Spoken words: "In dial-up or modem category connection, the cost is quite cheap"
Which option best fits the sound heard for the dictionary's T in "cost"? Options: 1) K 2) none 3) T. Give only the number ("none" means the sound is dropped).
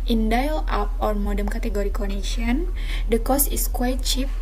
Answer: 2